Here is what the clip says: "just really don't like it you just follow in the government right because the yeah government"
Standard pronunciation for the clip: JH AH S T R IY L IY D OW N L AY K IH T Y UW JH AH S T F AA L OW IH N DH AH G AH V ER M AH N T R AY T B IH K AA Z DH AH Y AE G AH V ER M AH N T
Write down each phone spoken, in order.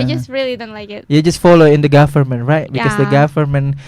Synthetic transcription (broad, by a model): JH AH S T R IY L IY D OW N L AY IH T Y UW JH AH S T F AA L OW IH N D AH G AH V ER M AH N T R AY T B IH K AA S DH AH G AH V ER M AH N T